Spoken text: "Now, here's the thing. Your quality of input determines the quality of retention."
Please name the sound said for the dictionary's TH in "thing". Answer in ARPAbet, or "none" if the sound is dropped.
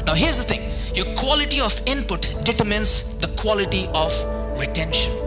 T